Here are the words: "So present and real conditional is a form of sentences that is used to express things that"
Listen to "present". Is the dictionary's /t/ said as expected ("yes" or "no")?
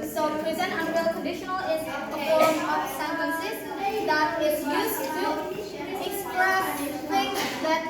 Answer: no